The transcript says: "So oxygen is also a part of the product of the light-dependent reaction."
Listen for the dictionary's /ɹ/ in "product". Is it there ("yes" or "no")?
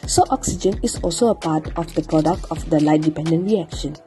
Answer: yes